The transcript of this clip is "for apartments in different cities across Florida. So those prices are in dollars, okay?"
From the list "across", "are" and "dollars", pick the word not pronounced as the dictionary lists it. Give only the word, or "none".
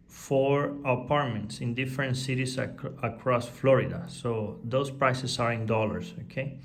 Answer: dollars